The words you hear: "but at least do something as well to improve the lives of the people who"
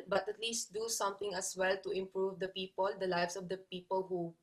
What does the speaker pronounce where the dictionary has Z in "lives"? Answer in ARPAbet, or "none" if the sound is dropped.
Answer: S